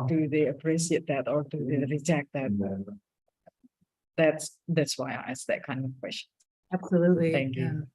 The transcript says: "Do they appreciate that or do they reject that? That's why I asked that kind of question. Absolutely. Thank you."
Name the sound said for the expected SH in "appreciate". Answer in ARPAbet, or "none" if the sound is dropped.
S